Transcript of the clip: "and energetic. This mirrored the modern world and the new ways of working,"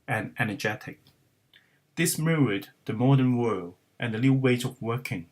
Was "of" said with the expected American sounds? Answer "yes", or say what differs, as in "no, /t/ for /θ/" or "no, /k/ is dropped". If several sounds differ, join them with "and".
yes